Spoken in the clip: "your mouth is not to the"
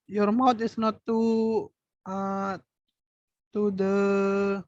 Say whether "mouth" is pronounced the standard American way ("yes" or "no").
no